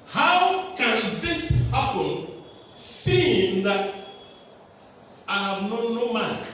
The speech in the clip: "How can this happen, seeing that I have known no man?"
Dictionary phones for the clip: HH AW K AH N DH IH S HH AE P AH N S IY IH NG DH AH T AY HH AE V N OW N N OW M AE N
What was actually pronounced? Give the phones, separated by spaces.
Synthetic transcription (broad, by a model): HH AW K AH N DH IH S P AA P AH L S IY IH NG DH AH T AY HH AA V N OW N N OW M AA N